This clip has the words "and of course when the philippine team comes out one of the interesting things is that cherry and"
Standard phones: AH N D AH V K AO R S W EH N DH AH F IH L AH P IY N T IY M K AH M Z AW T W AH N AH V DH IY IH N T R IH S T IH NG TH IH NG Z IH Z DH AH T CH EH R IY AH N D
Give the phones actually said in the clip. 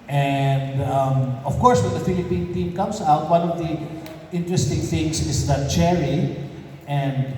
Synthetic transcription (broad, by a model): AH N D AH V K AO R S W EH N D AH F IH L AH P IY N T IY M K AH M S AW T W AH N AH V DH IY IH N T R IH S T IH NG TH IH NG S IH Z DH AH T CH EH R IY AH N D